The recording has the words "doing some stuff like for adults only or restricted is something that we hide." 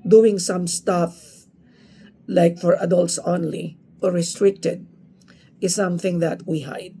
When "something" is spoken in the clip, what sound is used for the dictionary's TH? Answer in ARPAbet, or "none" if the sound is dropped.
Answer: TH